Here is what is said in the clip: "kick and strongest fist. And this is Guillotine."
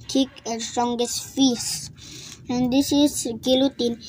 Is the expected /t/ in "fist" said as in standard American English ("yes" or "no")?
no